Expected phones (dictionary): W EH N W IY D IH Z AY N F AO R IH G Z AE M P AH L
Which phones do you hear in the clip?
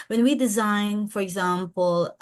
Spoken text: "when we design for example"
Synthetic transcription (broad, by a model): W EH N W IY D IH Z AY N F AO R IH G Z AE M P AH L